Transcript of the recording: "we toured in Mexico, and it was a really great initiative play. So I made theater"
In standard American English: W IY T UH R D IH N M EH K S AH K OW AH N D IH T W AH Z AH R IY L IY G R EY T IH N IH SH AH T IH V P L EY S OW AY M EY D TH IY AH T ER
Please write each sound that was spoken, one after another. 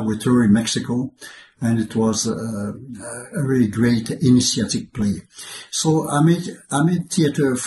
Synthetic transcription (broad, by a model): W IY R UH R IH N M EH K S AH K OW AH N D IH T W AH Z AH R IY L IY G R EY T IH N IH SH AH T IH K P L EY S OW AY M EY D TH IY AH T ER